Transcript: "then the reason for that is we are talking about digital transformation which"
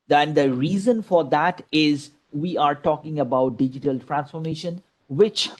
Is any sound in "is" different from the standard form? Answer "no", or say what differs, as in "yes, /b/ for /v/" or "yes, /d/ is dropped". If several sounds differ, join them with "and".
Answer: no